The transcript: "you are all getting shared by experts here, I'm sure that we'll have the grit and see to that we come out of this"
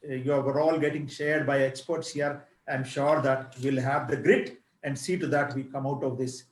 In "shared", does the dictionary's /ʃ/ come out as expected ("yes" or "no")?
yes